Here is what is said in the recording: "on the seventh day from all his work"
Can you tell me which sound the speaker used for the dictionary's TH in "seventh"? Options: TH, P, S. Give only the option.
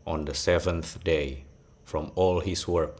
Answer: TH